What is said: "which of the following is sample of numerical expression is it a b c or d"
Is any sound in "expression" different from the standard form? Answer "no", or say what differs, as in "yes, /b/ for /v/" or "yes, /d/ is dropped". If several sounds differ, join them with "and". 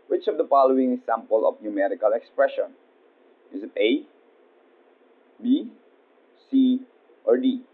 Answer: no